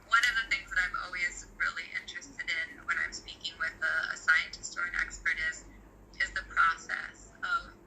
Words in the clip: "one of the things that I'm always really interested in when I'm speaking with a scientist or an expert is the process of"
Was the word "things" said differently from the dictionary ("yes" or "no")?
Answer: no